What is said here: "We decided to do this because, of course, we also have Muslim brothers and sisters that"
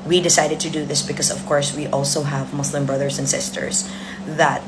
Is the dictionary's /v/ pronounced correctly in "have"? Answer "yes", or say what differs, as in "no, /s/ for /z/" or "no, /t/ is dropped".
yes